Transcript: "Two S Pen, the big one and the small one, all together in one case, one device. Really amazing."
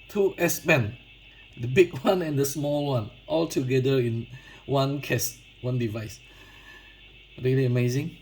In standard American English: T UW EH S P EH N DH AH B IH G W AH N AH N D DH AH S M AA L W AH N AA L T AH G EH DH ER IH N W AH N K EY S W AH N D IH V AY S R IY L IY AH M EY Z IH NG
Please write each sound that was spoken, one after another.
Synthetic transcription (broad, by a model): T UW EH S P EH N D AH B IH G W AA N AH N D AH S M AA L W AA N AA L T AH G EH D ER IH N W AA N K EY S W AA N D IH V AY S R IY L IY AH M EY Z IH NG